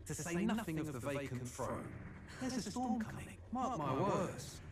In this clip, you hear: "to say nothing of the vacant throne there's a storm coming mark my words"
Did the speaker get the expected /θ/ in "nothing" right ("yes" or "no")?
yes